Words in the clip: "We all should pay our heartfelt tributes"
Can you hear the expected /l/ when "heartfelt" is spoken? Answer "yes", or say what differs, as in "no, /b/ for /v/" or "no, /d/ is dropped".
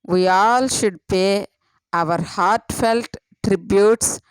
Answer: yes